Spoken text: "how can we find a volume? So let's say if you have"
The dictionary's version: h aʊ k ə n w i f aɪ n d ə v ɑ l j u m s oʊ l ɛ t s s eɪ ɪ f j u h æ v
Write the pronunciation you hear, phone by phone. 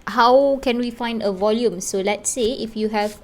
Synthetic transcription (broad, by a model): h aʊ k ə n w i f aɪ n d ə v ɑ l j u m s oʊ l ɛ t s s eɪ ɪ f j u h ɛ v